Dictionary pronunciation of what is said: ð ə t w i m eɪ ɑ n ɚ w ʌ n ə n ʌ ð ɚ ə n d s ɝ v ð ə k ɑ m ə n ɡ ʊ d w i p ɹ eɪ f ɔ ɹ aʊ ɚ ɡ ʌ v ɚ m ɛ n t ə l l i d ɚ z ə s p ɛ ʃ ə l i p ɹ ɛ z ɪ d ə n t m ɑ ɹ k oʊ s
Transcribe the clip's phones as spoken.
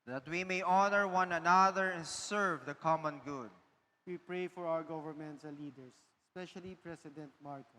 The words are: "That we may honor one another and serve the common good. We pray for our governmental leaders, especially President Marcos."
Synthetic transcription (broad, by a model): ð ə t w i m eɪ ɑ n ɚ w ʌ n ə n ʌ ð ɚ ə n s ɝ v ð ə k ɑ m ə n ɡ ʊ d w i p ɹ eɪ f ɔ ɹ aʊ ɚ ɡ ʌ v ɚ m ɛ n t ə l l i d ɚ s ə s p ɛ ʃ ə l i p ɹ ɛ s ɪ d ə n t m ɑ ɹ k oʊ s